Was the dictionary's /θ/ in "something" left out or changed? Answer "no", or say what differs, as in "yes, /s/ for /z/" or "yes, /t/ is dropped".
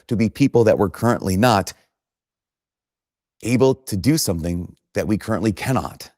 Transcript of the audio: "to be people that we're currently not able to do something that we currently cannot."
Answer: no